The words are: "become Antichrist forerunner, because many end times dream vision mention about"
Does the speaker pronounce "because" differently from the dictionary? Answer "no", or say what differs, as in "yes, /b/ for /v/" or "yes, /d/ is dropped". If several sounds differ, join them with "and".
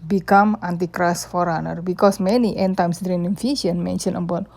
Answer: yes, /s/ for /z/